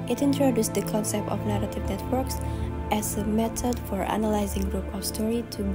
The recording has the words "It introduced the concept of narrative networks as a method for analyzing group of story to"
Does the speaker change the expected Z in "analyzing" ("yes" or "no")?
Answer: no